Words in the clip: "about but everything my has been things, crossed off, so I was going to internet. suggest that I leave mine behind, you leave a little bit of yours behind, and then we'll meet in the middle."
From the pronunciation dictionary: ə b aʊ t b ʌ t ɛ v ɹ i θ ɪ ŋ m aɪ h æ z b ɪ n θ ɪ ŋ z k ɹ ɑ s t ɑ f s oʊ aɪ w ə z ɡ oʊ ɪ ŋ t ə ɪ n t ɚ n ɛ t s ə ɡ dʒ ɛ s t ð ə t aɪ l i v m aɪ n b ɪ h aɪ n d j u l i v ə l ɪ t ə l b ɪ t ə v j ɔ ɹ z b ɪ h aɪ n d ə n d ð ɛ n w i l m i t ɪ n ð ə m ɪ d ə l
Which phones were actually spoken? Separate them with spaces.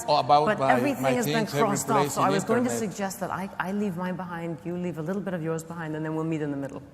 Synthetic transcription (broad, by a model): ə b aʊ b ʌ t ɛ v ɹ i θ ɪ ŋ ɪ z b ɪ n k ɹ ɑ s t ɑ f s oʊ aɪ w ə z ɡ oʊ ɪ ŋ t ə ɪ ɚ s s ə ɡ dʒ ɛ s t ð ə t aɪ l i v m aɪ b ɪ h aɪ n d j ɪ l i v ə l ɪ t l b ɪ t ə v j ɔ ɹ z b ɪ h aɪ n d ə n ð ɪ n w i l m i t ɪ n ð ə m ɪ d l